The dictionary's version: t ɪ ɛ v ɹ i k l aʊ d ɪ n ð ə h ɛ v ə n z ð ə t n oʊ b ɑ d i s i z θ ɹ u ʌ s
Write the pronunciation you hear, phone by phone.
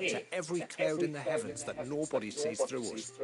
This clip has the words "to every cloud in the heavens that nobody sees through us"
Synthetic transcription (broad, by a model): t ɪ ɛ v ɹ i k l aʊ d ɪ n ð ə h ɛ v ə n z ð ə t n oʊ b ɑ d i s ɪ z θ ɹ u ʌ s